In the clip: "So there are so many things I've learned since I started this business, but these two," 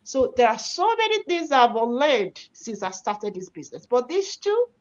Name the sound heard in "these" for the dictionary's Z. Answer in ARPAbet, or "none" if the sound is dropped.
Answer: S